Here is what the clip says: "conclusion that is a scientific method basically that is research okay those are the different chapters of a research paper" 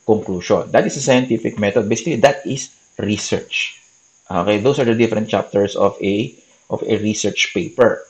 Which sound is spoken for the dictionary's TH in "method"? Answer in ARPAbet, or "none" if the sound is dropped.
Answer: T